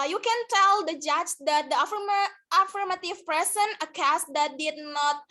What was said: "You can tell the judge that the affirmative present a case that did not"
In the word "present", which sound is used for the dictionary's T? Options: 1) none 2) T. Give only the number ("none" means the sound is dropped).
1